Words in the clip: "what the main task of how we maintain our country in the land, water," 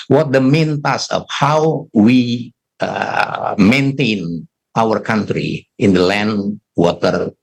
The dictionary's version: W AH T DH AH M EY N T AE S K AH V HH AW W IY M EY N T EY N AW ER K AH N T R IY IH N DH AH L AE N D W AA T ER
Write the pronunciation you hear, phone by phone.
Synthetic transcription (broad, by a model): W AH T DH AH M EY N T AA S AH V HH AW W IY M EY N T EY N AW ER K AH N T R IY IH N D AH L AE N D W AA T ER